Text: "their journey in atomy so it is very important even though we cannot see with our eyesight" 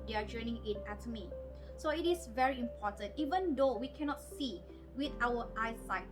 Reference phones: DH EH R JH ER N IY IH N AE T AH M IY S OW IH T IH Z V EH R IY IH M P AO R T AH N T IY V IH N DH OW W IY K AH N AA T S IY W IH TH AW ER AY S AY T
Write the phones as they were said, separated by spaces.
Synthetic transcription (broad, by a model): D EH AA JH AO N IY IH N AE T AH M IY S OW IH T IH S V EH R IY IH M P AO T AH N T IY V IH N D OW W IY K AH N AA T S IY W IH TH AW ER AY S AY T